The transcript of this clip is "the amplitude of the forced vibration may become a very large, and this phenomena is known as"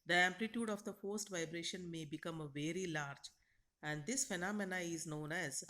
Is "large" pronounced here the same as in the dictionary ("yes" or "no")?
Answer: yes